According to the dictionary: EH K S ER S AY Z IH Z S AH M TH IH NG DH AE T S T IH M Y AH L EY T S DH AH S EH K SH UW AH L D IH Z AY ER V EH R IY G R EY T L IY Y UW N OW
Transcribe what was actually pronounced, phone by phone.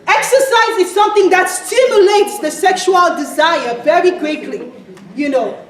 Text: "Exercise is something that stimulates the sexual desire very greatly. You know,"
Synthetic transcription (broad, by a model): EH K S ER S AY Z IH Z S AH M TH IH NG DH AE T S T IH M Y AH L EY T S DH AH S EH K SH UW AH L D IH Z AY ER V EH R IY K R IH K L IY Y UW N OW